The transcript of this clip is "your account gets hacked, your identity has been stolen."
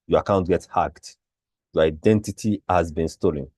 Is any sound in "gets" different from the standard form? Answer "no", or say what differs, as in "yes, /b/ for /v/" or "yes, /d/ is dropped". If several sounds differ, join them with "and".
yes, /s/ is dropped